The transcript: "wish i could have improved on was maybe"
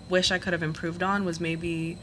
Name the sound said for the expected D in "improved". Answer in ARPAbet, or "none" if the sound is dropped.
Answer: D